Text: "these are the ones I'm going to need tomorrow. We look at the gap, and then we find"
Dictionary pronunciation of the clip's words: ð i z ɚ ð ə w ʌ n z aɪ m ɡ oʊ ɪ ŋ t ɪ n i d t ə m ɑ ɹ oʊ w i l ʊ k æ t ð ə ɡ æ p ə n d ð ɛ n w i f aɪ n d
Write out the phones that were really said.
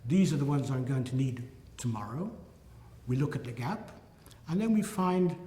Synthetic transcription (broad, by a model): ð i z ɚ ð ə w ʌ n z aɪ m ɡ oʊ ɪ ŋ t ɪ n i d t ə m ɑ ɹ oʊ w i l ʊ k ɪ t ð ə ɡ æ p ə n ð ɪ n w i f aɪ n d